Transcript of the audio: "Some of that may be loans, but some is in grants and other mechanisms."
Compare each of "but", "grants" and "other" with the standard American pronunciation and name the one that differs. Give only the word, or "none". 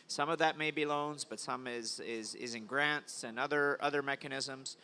none